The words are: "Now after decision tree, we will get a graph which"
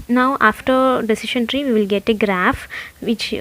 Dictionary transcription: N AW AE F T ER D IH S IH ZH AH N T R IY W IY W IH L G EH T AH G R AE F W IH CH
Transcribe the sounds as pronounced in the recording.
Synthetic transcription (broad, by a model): N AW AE F T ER D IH S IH SH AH N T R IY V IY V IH L G EH T AH G R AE F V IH CH